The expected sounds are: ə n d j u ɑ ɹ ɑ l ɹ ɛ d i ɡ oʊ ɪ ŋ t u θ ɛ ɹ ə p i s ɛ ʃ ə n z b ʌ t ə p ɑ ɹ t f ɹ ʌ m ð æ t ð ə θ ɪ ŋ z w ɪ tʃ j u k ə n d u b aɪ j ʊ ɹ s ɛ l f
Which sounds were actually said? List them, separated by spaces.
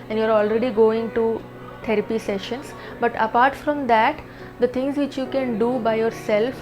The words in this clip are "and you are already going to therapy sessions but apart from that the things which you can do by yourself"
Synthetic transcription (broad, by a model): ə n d j u ɑ ɹ ɑ l ɹ ɛ d i ɡ oʊ ɪ ŋ t u t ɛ ɹ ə p i s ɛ ʃ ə n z b ʌ t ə p ɑ ɹ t f ɹ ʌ m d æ t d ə t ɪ ŋ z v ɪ tʃ j u k ə n d u b aɪ j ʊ ɹ s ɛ l f